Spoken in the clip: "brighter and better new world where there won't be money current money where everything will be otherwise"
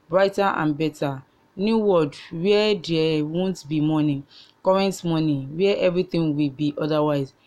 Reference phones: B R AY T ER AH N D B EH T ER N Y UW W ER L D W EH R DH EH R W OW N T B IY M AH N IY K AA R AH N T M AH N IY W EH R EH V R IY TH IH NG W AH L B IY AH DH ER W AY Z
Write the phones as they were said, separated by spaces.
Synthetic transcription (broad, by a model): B R AY T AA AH N B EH T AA N Y UW W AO D W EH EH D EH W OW N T B IY M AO N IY K AA R AH N T M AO N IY W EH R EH V R IY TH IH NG W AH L B IY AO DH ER W AY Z